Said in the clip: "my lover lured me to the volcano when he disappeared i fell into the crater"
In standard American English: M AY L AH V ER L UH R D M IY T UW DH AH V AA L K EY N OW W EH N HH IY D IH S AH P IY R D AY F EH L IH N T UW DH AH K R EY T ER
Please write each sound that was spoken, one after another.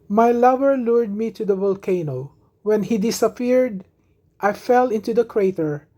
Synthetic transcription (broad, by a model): M AY L AH V ER L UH R D M IY T UW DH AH V AA L K EY N OW W EH N HH IY D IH S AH P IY R D AY F EH L IH N T UW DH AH K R EY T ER